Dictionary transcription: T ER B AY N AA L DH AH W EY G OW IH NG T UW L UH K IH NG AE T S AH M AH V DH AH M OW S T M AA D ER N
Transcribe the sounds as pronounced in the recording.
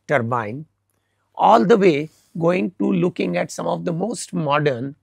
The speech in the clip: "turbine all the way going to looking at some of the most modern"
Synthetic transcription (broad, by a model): T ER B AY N AA L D AH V EY G OW IH NG T UW L UH K IH NG AE T S AH M AH V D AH M OW S T M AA D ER N